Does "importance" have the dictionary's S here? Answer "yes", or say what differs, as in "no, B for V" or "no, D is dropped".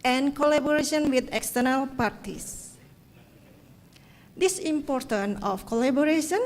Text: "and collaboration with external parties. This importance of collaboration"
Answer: no, S is dropped